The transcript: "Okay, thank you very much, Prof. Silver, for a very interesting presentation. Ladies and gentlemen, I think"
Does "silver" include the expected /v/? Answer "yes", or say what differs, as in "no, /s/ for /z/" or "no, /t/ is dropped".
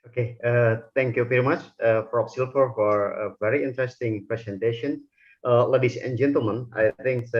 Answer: no, /f/ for /v/